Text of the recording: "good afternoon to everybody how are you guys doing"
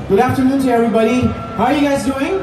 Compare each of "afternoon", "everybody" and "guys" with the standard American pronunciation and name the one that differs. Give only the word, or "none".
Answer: none